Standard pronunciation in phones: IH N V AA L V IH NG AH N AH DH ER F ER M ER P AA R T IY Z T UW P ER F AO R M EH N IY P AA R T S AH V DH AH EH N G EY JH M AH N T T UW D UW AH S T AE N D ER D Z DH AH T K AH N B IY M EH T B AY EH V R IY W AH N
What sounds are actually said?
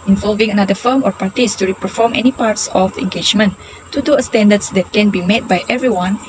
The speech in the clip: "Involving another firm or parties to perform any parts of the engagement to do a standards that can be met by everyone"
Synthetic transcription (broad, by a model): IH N V AA L V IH NG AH N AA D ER F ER M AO P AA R T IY S T UW P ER F AO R M EH N IY P AA R T S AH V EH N G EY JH M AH N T T UW D UW AH S T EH N D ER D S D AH T K AH N B IY M EH T B AY EH V R IY W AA N